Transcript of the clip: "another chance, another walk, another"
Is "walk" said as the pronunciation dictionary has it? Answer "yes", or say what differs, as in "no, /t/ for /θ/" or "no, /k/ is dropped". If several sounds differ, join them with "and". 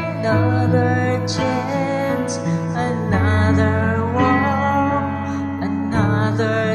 no, /k/ is dropped